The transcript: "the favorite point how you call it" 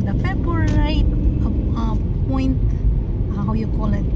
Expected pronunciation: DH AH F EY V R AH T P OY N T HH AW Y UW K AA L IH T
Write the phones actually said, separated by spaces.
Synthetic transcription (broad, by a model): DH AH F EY B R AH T P OY N T HH AW Y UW K AA L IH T